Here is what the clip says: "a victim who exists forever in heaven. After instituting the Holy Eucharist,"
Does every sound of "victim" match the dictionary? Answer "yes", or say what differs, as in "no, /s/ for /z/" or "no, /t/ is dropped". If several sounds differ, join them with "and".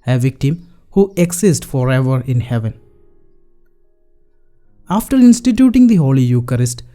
yes